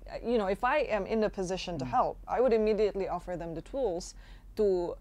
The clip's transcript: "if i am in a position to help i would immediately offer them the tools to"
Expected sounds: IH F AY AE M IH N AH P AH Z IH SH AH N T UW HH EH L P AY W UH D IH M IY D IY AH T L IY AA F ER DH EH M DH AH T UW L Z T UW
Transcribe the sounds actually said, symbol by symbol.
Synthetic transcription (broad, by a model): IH F AY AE M IH N AH P AH Z IH SH AH N T UW HH EH L P AY W UH D IH M IY D IY AH T L IY AA F ER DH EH M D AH T UW L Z T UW